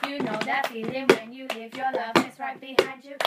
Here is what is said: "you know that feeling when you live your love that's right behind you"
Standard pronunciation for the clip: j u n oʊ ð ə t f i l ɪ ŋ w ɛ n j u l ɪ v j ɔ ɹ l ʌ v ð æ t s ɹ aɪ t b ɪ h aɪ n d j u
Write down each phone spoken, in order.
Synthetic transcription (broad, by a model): j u n oʊ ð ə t f i l ɪ ŋ w ɛ n j u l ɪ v j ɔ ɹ l ʌ v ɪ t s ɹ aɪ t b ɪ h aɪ d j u